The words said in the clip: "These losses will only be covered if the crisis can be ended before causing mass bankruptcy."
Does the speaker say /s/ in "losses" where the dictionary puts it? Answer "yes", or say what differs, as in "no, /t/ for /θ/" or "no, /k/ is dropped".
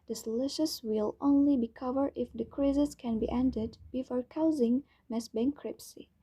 no, /ʃ/ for /s/